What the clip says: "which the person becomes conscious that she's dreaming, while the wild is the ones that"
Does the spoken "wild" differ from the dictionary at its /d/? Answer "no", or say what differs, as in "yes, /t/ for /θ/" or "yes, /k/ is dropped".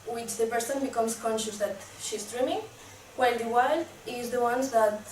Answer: yes, /d/ is dropped